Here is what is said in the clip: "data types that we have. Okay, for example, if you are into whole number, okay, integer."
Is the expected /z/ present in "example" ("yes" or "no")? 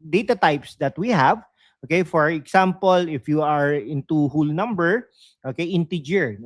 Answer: no